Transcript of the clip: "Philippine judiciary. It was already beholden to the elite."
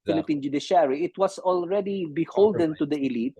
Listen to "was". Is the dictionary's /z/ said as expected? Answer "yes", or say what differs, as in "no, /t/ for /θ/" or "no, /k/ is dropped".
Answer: no, /s/ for /z/